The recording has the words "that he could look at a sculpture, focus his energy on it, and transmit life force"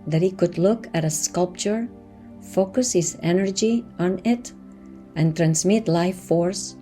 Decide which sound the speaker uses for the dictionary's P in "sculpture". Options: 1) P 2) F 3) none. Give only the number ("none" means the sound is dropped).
1